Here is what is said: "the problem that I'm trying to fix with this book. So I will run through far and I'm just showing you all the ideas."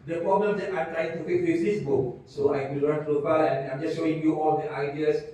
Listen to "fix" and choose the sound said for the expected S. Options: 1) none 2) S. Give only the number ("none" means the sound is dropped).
1